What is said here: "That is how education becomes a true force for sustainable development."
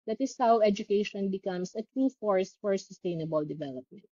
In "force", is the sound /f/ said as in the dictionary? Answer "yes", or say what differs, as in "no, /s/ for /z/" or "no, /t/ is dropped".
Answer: yes